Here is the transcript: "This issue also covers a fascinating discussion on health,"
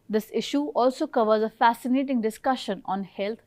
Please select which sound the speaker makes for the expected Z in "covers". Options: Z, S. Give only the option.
Z